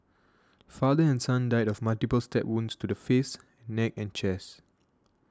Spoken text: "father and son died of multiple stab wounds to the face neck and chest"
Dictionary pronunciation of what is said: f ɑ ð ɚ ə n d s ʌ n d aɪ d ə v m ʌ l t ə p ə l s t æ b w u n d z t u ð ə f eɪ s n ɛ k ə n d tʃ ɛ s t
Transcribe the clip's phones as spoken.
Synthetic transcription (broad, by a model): f ɑ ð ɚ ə n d s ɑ n d aɪ d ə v m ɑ l t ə p ə l s t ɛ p w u n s t u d ə f eɪ s n ɛ k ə n tʃ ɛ s